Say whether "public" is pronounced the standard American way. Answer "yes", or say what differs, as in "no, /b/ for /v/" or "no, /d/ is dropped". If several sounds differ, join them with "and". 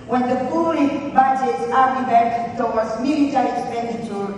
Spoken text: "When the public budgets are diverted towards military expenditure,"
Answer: no, /b/ is dropped